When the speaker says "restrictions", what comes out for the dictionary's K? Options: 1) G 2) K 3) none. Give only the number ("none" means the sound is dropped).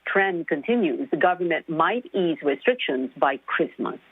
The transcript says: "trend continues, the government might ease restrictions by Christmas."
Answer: 2